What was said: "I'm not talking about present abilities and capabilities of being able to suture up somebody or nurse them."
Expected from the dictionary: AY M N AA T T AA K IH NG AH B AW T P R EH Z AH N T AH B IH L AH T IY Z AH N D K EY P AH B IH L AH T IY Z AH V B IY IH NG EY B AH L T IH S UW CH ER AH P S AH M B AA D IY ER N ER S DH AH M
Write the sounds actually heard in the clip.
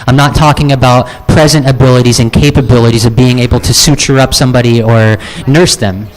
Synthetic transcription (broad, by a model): AY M N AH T T AA K IH NG AH B AW T P R EH Z AH N T AH B IH L AH T IY Z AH N K EY P AH B IH L AH T IY Z AH V B IY IH NG EY B L T IH S UW CH ER AH P S AH M B AA D IY ER N ER S DH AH M